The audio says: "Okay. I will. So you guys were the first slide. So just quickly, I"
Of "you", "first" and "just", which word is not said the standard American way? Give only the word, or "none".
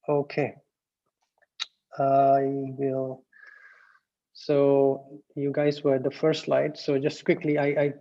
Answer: first